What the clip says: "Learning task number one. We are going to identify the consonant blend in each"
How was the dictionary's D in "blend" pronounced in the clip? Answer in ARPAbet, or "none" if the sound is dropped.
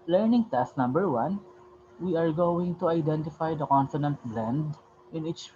D